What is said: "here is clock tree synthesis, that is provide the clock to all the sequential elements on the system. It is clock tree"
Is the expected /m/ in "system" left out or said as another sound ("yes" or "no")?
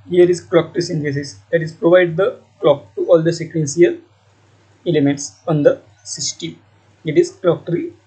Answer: yes